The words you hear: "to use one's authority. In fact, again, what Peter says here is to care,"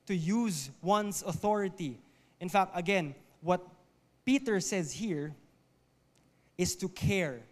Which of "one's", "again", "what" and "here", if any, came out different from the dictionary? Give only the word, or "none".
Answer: one's